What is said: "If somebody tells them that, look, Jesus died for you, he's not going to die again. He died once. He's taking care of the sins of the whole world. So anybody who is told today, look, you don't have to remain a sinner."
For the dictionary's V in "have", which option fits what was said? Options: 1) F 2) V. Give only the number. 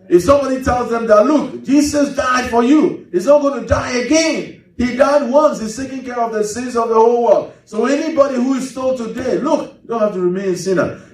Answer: 1